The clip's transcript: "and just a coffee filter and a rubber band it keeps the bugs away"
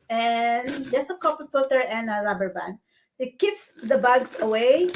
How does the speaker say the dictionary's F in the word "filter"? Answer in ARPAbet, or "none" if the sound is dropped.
P